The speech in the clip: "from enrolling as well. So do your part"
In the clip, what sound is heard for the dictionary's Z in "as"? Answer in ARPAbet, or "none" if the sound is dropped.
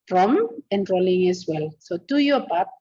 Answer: S